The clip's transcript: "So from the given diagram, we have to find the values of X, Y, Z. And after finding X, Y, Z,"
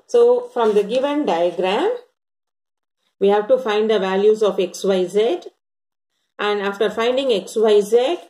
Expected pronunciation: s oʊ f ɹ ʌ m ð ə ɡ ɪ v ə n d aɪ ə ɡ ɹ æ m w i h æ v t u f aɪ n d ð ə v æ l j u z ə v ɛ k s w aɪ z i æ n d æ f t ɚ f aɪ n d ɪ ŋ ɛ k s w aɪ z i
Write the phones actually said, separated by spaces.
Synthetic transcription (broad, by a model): s oʊ f ɹ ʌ m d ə ɡ ɪ v ə n d aɪ ə ɡ ɹ æ m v i h æ v t u f aɪ n d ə v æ l j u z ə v ɛ k s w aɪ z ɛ æ n d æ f t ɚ f aɪ n d ɪ ŋ ɛ k s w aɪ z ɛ